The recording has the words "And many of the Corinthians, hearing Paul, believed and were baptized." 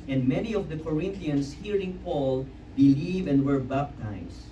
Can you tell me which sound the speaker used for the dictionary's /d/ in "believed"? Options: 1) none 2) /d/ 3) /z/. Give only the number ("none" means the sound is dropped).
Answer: 1